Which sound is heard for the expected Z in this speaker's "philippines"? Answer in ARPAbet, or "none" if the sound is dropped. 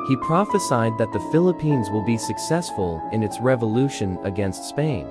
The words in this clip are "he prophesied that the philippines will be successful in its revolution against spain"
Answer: Z